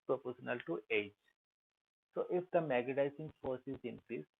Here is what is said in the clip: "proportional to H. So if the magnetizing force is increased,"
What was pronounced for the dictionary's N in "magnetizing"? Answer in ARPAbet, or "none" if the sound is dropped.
none